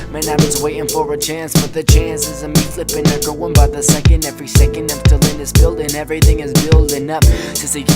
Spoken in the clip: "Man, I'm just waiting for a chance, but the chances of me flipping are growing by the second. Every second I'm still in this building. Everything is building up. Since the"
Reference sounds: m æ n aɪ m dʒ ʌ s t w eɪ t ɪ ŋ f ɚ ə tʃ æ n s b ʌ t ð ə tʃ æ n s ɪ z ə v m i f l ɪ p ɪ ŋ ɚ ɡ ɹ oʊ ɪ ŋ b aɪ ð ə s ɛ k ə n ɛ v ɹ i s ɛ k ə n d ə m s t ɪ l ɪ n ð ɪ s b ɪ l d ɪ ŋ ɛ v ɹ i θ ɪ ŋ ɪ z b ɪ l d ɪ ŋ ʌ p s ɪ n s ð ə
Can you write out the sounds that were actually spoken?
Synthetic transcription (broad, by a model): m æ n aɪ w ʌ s w eɪ t ɪ ŋ f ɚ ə tʃ æ n s b ʌ t ð ə tʃ æ n s ɪ z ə m i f l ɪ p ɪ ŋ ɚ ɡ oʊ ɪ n b aɪ ð ə s ɛ k ə n ɛ v ɹ i s ɛ k ə n d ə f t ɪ l ɪ n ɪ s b ɪ l d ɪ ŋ ɛ v ɹ i θ ɪ ŋ ɪ z b ɪ l d ɪ ŋ ʌ p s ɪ s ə